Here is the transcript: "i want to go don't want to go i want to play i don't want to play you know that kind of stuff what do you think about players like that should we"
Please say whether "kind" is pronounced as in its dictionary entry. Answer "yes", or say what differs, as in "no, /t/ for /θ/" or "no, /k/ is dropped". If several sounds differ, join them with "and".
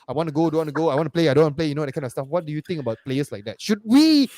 no, /d/ is dropped